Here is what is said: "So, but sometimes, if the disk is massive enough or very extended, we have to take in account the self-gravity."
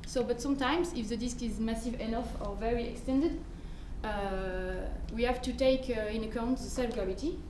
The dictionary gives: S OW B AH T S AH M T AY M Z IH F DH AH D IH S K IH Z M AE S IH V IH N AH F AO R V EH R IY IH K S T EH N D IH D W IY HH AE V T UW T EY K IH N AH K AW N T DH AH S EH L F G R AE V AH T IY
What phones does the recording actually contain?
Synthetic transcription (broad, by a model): S OW B AH T S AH M T AY M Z IH F DH AH D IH S K IH Z M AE S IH V IH N AH F AO R V EH R IY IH K S T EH N D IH D W IY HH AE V T UW T EY K IH N AH K AW N T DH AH S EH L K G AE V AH T IY